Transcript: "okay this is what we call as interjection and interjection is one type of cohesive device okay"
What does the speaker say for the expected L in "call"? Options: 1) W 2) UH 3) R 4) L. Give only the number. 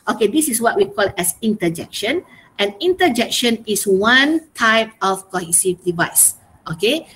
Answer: 4